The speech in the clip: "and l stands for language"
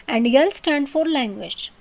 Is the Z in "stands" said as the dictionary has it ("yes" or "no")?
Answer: no